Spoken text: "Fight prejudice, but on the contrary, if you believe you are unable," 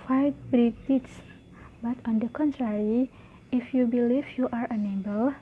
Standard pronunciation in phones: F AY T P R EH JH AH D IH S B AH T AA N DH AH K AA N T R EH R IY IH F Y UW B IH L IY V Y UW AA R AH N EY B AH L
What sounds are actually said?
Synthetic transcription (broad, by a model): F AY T B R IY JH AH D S B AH T AA N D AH K AA N T R EH R IY IH F Y UW B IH L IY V Y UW AA R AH N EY B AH L